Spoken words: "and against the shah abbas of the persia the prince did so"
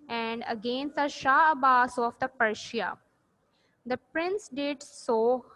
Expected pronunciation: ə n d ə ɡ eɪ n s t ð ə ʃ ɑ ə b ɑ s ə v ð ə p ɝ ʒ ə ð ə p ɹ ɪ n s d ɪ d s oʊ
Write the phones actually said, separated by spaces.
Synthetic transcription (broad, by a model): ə n d ə ɡ eɪ n s t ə ʃ ɑ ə b ɑ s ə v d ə p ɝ ʃ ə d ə p ɹ ɪ n s d ɪ d s oʊ